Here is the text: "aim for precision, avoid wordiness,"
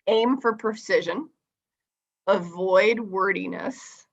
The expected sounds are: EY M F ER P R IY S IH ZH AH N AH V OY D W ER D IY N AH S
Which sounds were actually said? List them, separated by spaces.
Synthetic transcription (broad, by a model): EY M F ER P R IY S IH ZH AH N AH V OY D W ER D IY N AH S